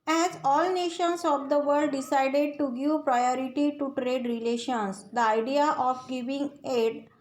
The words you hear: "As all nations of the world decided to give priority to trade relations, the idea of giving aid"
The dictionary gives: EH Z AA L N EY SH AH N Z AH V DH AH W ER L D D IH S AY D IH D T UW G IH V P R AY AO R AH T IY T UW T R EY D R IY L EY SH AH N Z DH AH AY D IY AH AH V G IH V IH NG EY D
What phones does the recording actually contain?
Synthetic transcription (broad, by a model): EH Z AA L N EY SH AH N S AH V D AH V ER D D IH S AY D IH D T UW G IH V P R AY AO R AH T IY T UW T R EY D R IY L EY SH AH N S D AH AY D IY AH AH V G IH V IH NG EY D